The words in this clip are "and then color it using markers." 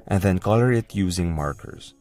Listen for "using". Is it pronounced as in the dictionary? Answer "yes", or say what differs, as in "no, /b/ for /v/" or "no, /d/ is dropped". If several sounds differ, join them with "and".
yes